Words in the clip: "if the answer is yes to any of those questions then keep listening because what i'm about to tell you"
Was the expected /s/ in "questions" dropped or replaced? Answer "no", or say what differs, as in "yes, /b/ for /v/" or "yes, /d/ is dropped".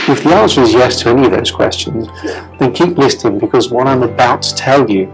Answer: no